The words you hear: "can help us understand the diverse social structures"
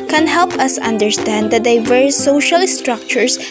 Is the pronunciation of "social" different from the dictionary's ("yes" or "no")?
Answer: no